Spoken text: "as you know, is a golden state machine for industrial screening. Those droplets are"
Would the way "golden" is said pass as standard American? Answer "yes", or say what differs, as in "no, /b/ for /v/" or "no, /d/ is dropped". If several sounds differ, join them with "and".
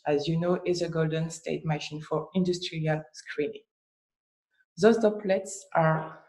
yes